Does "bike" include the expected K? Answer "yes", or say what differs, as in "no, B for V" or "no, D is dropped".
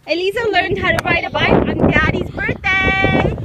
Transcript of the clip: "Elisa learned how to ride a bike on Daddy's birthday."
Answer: no, K is dropped